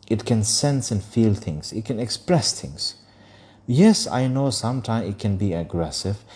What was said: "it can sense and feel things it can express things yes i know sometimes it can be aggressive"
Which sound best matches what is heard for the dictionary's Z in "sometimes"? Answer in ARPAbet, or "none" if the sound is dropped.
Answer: none